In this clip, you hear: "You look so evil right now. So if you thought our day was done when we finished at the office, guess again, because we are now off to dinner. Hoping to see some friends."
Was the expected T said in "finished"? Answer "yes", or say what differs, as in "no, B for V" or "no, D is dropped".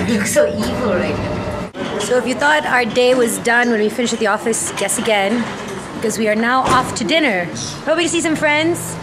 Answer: no, T is dropped